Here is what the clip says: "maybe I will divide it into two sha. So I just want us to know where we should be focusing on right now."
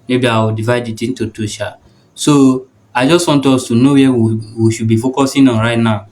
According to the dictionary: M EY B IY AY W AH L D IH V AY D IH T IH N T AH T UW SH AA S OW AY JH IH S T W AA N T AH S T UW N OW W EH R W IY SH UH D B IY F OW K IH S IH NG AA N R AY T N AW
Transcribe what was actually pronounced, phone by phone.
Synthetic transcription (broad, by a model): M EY B IY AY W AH D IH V AY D IH T IH N T AH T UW SH AA S OW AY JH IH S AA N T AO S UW N OW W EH W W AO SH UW B IY F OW K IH S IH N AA R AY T N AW